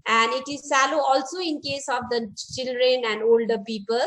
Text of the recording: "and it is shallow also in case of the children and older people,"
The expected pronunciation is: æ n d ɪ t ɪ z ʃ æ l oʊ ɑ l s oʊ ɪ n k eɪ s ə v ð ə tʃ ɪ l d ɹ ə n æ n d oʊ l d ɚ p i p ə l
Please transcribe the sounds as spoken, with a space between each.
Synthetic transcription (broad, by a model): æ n d ɪ t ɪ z s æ l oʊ ɑ l s oʊ ɪ n k eɪ s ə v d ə tʃ ɪ l d ɹ ə n æ n d oʊ l d ɚ p i p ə l